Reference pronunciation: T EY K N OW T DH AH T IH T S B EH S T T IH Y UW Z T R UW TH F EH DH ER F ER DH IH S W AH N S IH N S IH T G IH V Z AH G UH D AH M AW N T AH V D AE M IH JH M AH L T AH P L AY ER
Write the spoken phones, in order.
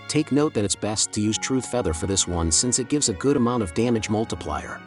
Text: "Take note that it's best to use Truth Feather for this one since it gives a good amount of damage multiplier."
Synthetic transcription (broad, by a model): T EY K N OW T DH AH T IH T S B EH S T T IH Y UW Z T R UW TH F EH DH ER F ER DH IH S W AH N S IH N S IH T G IH V Z AH G UH D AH M AW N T AH V D AE M IH JH M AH L T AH P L AY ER